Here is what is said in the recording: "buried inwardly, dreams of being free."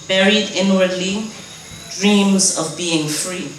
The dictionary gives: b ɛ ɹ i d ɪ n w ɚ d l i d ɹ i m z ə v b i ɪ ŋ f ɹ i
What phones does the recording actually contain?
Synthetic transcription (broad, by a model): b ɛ ɹ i d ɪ n w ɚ d l i d ɹ i m z ə v b i ɪ ŋ f ɹ i